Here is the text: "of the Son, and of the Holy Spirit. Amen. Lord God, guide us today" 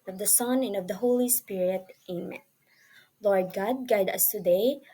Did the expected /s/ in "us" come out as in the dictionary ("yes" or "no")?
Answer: yes